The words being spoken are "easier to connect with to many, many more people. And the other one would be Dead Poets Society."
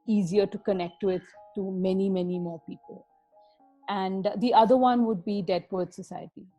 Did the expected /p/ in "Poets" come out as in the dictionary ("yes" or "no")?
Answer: no